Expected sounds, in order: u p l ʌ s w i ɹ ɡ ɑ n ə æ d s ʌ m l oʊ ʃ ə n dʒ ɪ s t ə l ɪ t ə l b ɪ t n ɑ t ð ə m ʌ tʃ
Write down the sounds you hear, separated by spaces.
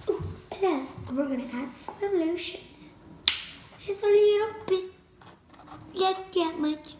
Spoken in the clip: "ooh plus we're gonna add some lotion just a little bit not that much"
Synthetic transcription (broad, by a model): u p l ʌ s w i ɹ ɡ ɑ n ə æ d s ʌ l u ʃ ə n ʃ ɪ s ə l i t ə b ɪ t l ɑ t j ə m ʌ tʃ